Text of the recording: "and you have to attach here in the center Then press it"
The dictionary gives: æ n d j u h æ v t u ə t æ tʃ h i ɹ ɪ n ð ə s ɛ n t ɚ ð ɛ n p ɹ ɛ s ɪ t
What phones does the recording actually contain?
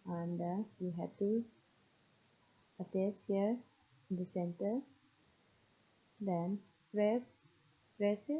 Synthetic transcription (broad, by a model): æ n d j u h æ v t u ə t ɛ s h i ɹ ɪ n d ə s ɛ n t ɚ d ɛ n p ɹ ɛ s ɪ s